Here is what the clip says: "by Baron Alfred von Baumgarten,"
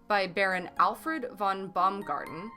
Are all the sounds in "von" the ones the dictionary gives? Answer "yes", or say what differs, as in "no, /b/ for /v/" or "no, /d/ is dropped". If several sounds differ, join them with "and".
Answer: yes